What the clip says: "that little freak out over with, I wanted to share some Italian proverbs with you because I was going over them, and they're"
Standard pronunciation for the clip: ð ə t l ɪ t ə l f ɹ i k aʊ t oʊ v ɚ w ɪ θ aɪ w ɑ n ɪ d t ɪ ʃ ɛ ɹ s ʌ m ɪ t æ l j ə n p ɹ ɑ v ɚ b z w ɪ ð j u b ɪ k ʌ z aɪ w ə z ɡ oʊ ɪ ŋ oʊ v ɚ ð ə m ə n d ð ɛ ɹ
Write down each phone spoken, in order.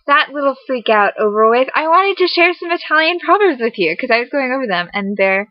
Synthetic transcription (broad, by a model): ð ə t l ɪ t l f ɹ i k aʊ t oʊ v ɚ w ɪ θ aɪ w ɑ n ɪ d t ɪ ʃ ɛ ɹ s ʌ m ɪ t æ l j ə n p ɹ ɑ b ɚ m z w ɪ ð j u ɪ k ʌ z aɪ w ə z ɡ oʊ ɪ ŋ oʊ v ɚ ð ə m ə n ð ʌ ɹ